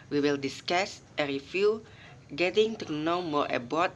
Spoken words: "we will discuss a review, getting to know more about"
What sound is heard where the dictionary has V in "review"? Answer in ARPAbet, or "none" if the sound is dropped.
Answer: F